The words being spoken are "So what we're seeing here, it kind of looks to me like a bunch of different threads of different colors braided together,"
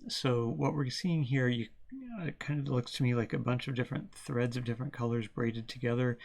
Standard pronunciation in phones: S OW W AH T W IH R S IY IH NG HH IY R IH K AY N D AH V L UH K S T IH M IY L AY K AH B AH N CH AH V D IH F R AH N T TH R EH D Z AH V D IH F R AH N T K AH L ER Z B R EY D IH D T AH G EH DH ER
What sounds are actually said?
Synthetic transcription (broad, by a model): S OW W AH T W IH R S IY IH NG HH IY R IH K AY N D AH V L UH K S T IH M IY L AY K AH B AH N CH AH V D IH F R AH N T TH R EH D Z AH V D IH F R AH N K AH L ER Z B R EY D IH D T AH G EH DH ER